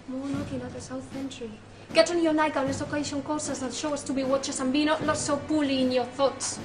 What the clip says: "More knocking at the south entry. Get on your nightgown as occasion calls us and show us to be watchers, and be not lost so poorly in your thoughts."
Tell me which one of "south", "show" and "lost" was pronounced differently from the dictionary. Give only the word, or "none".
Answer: lost